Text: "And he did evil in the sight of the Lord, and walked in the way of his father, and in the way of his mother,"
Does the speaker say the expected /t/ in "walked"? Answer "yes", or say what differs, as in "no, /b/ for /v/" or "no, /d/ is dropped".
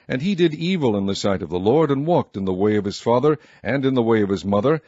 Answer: yes